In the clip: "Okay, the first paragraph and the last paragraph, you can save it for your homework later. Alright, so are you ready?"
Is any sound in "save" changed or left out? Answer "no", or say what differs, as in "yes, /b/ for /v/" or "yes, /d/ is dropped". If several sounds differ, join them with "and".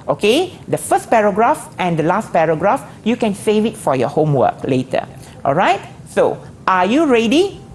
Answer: no